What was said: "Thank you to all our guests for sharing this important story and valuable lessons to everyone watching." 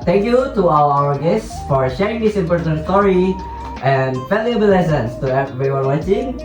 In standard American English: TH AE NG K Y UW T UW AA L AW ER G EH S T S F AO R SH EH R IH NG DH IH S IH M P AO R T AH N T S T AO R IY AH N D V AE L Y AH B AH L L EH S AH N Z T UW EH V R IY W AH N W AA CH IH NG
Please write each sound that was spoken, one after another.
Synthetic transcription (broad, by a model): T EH NG K Y UW T UW AA W AW ER G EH S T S F AO R SH EH R IH NG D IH S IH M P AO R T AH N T S T AO R IY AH N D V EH L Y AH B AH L L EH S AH N S T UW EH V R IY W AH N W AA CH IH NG